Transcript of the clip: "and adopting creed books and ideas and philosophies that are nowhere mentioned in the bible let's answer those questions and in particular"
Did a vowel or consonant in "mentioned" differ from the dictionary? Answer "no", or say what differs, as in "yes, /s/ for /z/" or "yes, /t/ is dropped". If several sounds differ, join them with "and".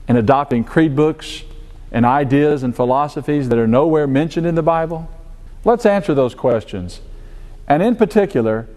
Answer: no